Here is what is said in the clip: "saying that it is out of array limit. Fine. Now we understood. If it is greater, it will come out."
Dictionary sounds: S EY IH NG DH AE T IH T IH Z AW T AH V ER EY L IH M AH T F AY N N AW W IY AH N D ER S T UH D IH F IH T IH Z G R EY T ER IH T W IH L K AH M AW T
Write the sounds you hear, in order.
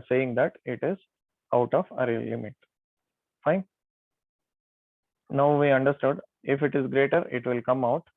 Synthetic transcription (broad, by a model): S EY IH NG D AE T IH T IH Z AW T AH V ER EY L IH M AH T F AY N N AW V IY AH N D ER S T UH D IH F IH T IH Z G R EY T ER IH T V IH L K AH M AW T